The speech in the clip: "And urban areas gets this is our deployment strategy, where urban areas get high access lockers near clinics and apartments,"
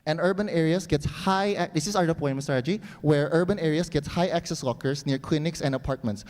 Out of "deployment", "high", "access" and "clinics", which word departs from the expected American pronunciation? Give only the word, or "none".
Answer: deployment